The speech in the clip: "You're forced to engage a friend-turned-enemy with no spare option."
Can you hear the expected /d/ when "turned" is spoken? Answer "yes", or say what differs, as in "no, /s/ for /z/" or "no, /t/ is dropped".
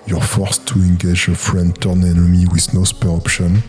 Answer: no, /d/ is dropped